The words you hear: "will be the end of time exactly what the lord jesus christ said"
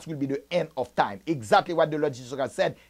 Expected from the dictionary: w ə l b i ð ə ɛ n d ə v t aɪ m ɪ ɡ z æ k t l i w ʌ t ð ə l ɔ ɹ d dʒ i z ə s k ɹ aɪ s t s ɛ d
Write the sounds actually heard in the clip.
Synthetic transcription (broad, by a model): w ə l b i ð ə ɛ n d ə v t aɪ m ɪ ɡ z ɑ k t l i w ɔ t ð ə l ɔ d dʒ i s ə k aɪ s s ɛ d